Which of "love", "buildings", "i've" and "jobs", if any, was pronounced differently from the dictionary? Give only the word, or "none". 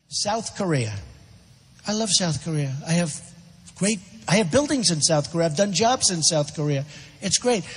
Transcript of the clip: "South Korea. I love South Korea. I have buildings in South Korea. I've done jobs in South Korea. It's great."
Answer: none